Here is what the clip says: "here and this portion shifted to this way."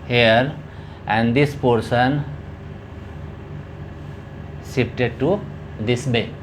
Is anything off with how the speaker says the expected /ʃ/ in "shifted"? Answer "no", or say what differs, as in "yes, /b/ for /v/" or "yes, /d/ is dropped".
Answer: yes, /s/ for /ʃ/